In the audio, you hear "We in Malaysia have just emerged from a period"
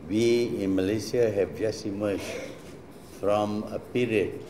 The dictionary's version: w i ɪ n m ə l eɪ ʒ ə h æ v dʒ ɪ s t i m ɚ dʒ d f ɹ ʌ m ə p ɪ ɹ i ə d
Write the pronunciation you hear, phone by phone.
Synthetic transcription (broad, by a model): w i ɪ n m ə l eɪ s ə h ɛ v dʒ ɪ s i m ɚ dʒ f ɹ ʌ m ə p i ɹ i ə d